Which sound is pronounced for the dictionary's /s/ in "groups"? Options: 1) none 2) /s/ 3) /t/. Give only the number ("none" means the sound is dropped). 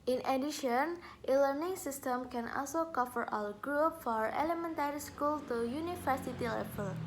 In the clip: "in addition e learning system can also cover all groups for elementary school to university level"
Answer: 1